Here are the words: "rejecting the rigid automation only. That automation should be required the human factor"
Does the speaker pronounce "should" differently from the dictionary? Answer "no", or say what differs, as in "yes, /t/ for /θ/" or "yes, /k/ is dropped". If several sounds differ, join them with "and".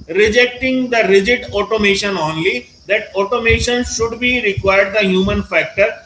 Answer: no